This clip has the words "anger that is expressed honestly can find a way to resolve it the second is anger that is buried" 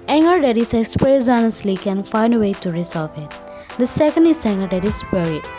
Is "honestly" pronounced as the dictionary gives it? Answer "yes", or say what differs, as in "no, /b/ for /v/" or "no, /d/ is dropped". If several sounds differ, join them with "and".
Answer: yes